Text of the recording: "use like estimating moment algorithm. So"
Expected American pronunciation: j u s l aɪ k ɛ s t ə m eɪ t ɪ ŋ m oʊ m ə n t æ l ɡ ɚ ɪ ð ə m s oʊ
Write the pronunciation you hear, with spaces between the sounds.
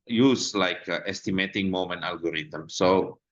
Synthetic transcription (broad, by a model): j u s l aɪ k ɛ s t ə m eɪ t ɪ ŋ m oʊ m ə n ɑ l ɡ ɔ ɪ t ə m s oʊ